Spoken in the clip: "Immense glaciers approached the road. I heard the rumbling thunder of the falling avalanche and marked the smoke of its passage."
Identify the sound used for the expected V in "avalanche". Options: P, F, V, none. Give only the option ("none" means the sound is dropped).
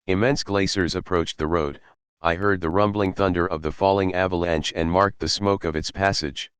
V